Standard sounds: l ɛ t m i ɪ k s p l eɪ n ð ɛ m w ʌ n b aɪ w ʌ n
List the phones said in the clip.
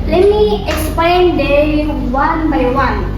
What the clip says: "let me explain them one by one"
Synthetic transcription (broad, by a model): l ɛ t m i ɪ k s p eɪ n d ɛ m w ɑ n b aɪ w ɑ n